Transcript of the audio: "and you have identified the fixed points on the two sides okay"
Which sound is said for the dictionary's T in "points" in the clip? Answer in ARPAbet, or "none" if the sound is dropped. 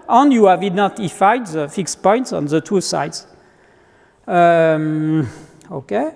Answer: T